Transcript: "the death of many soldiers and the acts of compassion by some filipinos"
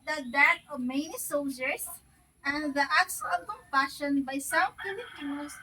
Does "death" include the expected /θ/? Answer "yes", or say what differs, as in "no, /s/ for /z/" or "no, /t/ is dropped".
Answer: no, /t/ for /θ/